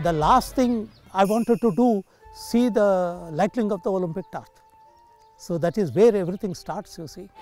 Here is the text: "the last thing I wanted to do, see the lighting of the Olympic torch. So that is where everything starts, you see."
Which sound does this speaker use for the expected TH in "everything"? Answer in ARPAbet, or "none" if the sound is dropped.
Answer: T